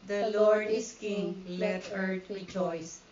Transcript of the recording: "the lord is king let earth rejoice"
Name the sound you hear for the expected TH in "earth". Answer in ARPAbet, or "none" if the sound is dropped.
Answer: T